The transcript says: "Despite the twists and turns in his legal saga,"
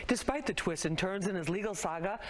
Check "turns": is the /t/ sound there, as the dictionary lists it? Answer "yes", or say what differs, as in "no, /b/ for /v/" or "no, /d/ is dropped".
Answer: yes